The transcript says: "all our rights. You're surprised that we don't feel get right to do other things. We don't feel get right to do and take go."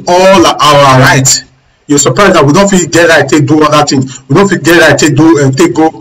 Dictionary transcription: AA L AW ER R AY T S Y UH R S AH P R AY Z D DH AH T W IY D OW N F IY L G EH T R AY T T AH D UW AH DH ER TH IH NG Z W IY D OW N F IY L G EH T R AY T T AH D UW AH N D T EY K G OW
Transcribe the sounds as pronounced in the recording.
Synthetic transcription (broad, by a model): AA L AW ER R AY T Y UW S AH P R AY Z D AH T W IY D OW N F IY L G EH T R AY T T AH D UW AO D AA T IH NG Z W IY D OW N F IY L G EH T R AY T T AH D UW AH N T EY K G OW